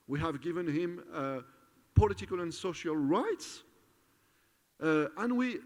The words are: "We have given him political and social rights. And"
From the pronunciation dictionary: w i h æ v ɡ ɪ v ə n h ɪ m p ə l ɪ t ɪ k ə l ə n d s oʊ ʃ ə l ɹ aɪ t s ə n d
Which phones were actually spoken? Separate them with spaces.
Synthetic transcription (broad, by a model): w i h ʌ v ɡ ɪ v ə n h ɪ m p ə l ɪ t ɪ k ə l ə n s oʊ ʃ ə l ɹ aɪ t s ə n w